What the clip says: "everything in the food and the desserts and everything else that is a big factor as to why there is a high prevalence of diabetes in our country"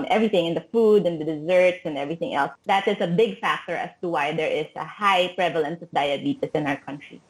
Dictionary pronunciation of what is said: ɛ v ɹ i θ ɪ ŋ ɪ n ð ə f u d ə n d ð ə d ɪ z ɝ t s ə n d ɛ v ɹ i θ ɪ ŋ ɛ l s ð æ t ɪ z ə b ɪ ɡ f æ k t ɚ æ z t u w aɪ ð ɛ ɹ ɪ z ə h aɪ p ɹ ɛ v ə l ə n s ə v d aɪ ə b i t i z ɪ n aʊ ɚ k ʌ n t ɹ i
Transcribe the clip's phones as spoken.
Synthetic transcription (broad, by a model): ɛ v ɹ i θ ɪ ŋ ɪ n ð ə f u d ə n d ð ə d ɪ z ɝ t s ə n d ɛ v ɹ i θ ɪ ŋ ɛ l s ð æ t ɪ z ə b ɪ ɡ f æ k t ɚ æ s t u w aɪ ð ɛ ɹ ɪ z ə h aɪ p ɹ ɛ v ə l ə n s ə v d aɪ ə b i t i s ɪ n aʊ ɚ k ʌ n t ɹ i